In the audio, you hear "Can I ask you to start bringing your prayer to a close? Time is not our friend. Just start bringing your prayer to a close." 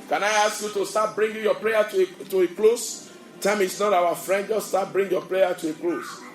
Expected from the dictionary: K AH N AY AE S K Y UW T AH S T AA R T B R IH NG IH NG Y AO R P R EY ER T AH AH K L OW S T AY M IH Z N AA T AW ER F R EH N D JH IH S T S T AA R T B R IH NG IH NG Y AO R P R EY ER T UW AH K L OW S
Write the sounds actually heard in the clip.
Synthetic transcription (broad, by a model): K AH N AY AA S K Y UW T AH S T AA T B R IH NG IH Y AO P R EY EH T AH AH K L OW S T AY M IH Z N AA T AW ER F R EH N D JH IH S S T AA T B R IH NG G Y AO P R EY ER T UW AH K L OW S